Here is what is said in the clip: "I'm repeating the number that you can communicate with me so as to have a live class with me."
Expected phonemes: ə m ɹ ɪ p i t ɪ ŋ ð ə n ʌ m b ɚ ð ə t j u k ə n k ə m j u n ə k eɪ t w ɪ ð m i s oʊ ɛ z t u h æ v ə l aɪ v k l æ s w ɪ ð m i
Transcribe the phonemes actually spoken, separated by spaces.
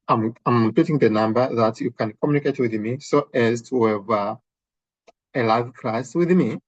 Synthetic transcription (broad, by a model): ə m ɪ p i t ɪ ŋ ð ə n ʌ m b ɚ ð ə t j u k ə n k ə m j u n ə k eɪ t w ɪ ð m i s oʊ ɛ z t u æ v ə l aɪ v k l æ s w ɪ ð m i